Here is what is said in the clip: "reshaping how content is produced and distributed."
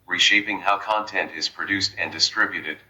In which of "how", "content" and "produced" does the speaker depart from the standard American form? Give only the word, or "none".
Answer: none